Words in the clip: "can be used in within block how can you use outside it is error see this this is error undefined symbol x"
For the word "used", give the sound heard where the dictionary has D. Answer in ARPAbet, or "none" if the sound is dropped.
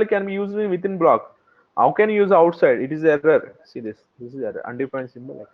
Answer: none